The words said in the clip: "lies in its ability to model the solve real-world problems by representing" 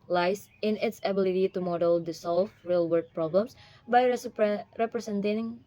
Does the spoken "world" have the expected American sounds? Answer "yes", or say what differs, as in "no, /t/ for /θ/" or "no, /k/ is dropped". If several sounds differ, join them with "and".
no, /l/ is dropped